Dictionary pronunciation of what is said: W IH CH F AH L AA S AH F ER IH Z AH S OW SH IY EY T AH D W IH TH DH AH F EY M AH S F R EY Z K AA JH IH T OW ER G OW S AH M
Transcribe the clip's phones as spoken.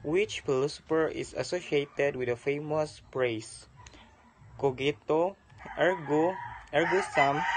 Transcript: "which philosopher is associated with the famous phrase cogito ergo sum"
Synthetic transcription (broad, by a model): W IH CH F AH L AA S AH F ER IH S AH S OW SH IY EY T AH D W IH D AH F EY M AH S P R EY S K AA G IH T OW ER G OW S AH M